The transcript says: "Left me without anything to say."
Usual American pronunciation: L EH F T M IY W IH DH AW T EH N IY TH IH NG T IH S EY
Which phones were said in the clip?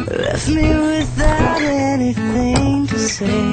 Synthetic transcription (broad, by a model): L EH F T M IY W IH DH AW T EH N IY TH IH NG T IH S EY